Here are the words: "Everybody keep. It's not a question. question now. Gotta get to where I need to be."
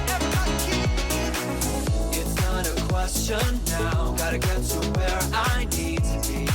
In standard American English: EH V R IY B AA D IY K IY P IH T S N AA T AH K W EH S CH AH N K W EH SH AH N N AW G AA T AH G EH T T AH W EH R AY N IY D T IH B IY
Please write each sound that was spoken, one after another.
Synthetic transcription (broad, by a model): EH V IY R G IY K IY IH T S N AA T AH K W EH S CH AH N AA AH G AA T AH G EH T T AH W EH R AY N IY D T IH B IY